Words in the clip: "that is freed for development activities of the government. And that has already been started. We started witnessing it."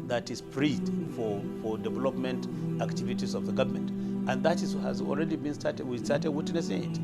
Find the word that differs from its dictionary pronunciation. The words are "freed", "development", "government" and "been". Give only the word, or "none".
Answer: freed